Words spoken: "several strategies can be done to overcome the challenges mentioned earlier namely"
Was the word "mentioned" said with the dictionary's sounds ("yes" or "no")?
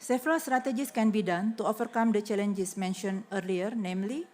no